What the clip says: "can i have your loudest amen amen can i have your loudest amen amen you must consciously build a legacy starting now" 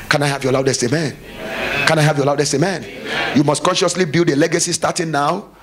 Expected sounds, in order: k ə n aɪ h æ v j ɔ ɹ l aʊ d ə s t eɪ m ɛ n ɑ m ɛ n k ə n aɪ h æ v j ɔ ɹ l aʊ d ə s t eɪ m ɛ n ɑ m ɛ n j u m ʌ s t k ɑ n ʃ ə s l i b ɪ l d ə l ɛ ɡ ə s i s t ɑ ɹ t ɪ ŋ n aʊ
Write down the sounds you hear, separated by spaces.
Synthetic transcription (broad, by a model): k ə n aɪ h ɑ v j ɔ l aʊ d ə s t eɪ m m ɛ n k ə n aɪ h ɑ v j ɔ l aʊ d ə s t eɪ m m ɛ n j u m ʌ s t k ɑ n ʃ ə s l i b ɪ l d ə l ɛ ɡ ə s i s t ɑ t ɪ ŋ n aʊ